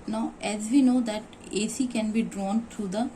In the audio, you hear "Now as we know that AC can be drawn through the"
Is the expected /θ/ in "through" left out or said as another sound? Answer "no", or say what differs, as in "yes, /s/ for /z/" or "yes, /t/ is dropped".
yes, /t/ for /θ/